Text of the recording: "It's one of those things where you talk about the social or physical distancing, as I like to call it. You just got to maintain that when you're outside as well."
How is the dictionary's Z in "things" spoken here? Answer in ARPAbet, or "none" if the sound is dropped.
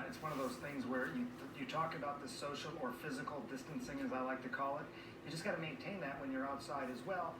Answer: Z